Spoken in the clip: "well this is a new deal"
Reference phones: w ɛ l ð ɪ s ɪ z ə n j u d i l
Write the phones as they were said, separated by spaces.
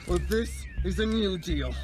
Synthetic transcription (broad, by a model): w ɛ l ð ɪ s ɪ z ə n j u d i l